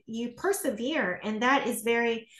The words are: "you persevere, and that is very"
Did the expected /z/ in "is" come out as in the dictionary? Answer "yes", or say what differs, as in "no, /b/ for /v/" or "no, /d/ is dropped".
yes